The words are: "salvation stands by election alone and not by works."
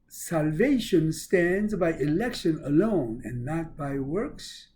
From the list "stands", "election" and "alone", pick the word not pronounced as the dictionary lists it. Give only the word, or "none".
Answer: none